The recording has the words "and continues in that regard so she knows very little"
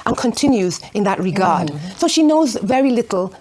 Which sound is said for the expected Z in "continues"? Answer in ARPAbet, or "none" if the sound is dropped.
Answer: Z